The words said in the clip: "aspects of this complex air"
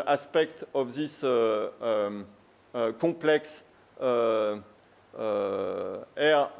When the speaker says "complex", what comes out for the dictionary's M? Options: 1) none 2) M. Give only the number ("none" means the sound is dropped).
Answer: 1